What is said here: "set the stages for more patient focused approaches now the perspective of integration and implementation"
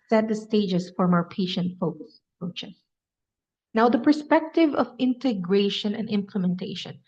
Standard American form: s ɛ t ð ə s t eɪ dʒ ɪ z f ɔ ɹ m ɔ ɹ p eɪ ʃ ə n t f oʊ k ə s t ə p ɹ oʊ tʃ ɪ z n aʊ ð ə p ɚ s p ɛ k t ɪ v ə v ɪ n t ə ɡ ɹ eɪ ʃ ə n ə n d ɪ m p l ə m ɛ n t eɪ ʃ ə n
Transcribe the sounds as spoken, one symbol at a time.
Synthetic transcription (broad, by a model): s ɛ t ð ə s t eɪ dʒ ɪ s f ɔ ɹ m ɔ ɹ p eɪ ʃ ə n t f oʊ k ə s ə p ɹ oʊ tʃ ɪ s n aʊ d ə p ɚ s p ɛ k t ɪ v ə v ɪ n t ə ɡ ɹ eɪ ʃ ə n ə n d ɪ m p l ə m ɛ n t eɪ ʃ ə n